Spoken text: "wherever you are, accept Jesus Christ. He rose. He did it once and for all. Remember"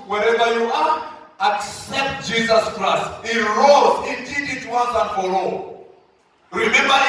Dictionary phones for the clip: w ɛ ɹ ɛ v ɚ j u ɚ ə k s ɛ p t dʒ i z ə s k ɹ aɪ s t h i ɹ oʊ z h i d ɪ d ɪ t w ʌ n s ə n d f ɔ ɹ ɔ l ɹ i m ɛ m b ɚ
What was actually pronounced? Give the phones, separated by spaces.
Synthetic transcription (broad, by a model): w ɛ ɹ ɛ v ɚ j u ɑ ə k s ɛ p t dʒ i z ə s k ɹ aɪ s t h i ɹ oʊ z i d ɪ d ɪ t w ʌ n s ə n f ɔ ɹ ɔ ɹ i m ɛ m b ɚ